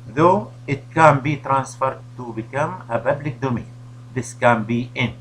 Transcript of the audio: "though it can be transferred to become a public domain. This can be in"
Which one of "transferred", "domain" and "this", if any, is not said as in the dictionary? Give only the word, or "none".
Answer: none